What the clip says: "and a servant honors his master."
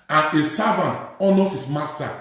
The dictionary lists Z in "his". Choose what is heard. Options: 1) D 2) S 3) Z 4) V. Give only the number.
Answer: 2